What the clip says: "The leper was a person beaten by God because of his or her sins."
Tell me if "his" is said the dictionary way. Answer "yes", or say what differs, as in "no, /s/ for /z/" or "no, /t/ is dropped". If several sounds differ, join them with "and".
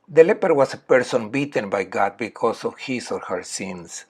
no, /s/ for /z/